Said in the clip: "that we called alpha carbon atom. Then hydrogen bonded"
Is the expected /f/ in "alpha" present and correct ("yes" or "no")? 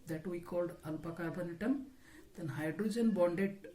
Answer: no